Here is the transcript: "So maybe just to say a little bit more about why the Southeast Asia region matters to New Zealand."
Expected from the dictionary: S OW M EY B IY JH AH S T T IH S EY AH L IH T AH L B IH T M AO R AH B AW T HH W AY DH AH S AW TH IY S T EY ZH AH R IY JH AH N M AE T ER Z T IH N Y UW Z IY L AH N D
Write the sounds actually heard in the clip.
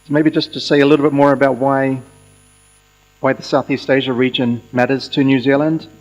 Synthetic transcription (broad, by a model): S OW M EY B IY JH AH S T T IH S EY AH L IH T L B IH T M AO R AH B AW T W W AY DH AH S AW TH IY S T EY ZH AH R IY JH AH N M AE T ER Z T IH N Y UW Z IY L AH N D